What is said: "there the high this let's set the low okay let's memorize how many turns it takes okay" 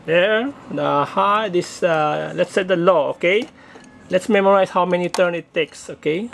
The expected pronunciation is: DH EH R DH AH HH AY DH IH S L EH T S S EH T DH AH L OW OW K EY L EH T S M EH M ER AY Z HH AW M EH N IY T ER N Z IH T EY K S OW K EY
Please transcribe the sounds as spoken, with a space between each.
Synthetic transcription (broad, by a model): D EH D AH HH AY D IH S L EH T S S EH T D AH L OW OW K EY L EH T S M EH M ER AY S HH AW M EH N IY T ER N IH T EY K S OW K EY